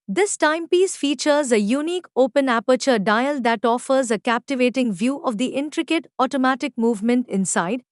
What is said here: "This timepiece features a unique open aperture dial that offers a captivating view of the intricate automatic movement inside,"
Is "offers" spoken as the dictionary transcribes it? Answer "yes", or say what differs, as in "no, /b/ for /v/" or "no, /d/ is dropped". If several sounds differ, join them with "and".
yes